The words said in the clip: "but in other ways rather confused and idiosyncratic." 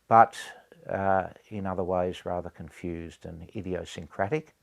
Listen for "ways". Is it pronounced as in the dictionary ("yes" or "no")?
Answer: yes